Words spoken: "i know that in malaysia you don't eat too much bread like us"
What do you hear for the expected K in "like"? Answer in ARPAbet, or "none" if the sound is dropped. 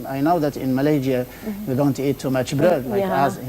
none